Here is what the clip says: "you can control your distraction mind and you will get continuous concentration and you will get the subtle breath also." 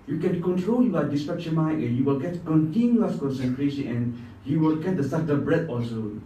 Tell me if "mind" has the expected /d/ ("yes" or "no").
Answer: no